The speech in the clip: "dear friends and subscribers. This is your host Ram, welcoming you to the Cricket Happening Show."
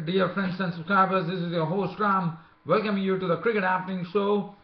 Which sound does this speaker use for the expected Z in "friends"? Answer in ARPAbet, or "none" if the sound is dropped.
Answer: S